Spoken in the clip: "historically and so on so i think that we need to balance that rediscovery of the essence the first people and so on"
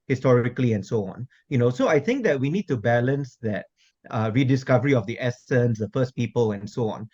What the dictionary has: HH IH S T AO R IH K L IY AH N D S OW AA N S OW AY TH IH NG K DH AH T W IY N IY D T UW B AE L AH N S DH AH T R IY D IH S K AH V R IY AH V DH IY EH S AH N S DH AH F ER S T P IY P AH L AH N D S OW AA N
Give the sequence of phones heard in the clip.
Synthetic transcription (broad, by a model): HH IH S T AO R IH K L IY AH N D S OW AA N S OW AY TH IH NG K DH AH T W IY N IY D T UW B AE L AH N S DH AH T R IY D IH S K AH V R IY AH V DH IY EH S AH N S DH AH F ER S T P IY P AH L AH N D S OW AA N